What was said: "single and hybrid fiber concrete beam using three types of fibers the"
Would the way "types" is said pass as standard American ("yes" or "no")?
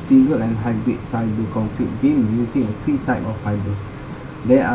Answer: no